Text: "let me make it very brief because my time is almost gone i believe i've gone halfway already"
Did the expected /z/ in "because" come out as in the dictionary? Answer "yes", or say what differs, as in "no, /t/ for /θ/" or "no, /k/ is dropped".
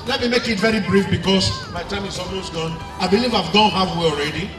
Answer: no, /s/ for /z/